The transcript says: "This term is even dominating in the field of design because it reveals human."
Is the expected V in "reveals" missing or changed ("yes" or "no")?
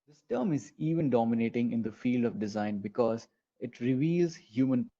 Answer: no